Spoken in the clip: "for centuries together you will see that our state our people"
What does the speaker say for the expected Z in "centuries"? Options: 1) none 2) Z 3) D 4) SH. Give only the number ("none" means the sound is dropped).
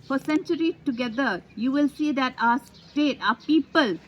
1